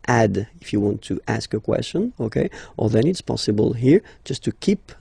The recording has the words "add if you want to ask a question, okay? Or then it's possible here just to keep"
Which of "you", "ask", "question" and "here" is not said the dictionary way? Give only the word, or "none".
none